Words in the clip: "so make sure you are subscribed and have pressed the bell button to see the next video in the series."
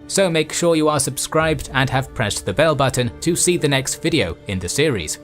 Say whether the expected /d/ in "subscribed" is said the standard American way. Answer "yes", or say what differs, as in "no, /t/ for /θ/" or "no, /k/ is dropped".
yes